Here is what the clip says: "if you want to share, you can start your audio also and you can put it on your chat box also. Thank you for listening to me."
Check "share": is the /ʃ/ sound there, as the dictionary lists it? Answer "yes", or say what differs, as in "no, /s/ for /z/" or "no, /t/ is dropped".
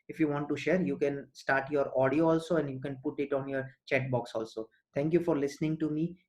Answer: yes